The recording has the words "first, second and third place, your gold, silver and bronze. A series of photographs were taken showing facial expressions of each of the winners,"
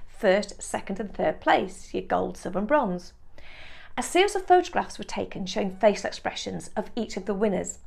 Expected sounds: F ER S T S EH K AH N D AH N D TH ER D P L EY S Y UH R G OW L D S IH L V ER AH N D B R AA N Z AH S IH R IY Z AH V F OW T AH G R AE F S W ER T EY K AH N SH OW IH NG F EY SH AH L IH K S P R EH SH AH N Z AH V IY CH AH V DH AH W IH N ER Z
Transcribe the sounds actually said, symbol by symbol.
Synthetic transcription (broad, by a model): F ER S T S EH K AH N D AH N TH ER D P L EY S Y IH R G OW L D S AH V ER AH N B R AA N Z AH S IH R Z AH V F OW T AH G R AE F S W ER T EY K AH N SH OW IH NG F EY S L IH K S P R EH SH AH N Z AH V IY CH AH V DH AH W IH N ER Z